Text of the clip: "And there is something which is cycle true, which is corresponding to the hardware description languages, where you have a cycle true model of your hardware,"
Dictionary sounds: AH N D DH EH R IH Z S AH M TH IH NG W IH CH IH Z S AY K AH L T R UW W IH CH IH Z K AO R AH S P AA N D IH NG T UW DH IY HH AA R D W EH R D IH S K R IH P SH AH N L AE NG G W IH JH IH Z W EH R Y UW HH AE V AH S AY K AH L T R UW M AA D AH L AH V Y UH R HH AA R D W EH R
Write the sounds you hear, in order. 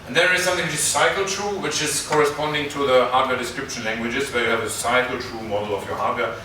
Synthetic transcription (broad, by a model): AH N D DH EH R IH Z S AH M TH IH NG W IH CH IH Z S AY K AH L T R UW W IH CH IH Z K AO R AH S P AA N D IH NG T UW DH IY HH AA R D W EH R D IH S K R IH P SH AH N L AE NG G W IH JH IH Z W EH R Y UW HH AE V AH S AY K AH L T R UW M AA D L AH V Y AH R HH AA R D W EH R